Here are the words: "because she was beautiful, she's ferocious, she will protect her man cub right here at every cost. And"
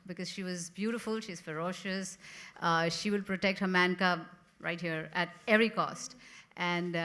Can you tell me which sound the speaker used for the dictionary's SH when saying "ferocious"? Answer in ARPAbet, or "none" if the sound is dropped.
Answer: SH